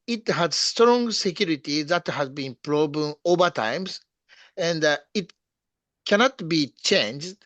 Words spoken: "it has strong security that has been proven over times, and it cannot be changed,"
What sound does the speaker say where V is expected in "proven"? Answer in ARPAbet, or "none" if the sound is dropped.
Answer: B